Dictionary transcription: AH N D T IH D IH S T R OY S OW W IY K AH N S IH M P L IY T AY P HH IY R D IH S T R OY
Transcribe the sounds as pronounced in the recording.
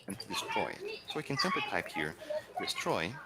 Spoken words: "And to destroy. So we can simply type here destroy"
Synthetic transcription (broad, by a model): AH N T IH D IH S T R OY S OW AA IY K AH N S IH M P IY T AY P HH IY R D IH S T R OY